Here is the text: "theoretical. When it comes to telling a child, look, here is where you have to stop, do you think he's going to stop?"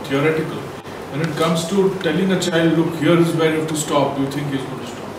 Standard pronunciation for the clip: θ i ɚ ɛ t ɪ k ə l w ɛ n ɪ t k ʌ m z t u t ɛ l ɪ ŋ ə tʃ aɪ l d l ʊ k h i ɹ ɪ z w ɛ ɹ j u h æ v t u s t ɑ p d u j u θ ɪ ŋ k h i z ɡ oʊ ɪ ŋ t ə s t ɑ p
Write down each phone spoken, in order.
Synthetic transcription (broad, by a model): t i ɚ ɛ t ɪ k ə l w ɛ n ɪ t k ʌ m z t u t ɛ l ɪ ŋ ə tʃ aɪ l d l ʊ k h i ɹ ɪ z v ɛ ɹ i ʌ f t u s t ɑ p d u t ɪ ŋ k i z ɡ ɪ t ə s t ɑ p